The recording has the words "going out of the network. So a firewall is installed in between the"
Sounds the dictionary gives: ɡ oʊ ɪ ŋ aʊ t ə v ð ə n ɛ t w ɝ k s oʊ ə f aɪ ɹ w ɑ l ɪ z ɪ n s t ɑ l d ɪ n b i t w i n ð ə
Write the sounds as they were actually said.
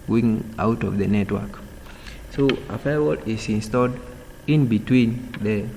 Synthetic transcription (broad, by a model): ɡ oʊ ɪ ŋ aʊ t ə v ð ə n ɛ t w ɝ k s oʊ ə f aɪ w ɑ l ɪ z ɪ n s t ɑ l d ɪ n b i t w i n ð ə